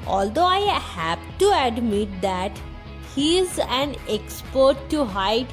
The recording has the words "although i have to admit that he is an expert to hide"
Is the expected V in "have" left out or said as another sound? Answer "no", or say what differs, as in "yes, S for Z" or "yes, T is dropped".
yes, P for V